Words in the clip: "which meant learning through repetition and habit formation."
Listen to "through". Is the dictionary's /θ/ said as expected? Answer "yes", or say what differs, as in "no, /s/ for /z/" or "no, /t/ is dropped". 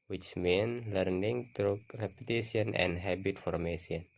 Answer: no, /t/ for /θ/